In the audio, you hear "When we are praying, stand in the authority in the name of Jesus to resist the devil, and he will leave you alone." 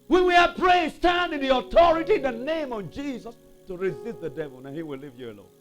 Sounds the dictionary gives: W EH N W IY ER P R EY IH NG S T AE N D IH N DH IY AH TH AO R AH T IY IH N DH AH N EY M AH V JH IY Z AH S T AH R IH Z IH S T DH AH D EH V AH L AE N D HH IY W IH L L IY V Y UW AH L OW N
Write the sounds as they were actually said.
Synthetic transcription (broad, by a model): W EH N W IY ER P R EY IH S T AE N D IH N DH IY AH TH AO R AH T IY IH N DH AH N EY M AH V JH IY Z AH S T AH R IH Z IH S T DH AH D EH V AH L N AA HH IY W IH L L IY V Y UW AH L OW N